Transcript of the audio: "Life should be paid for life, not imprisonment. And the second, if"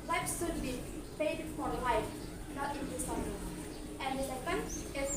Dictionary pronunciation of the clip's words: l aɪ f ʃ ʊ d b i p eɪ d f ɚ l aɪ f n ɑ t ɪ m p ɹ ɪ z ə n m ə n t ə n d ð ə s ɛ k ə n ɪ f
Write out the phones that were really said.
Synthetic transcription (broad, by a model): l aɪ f s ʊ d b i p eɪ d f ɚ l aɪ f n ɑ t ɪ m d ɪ s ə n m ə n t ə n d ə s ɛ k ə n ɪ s